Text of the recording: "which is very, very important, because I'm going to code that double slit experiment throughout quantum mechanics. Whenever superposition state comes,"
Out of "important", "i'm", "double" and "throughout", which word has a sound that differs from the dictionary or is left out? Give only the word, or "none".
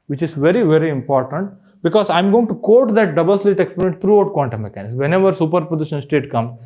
throughout